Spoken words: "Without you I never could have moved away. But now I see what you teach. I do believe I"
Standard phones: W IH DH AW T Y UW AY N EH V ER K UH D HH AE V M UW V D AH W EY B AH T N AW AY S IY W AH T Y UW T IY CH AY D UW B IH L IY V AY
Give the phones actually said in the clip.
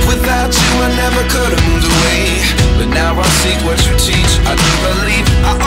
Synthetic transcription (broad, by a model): W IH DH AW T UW AY N EH V ER K UH D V M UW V AH W EY B AH T N AW AY S IY W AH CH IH T IY CH AY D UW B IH L IY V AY